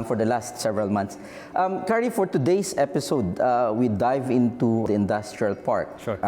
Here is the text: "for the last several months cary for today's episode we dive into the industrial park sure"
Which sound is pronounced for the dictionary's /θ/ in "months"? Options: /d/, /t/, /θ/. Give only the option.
/t/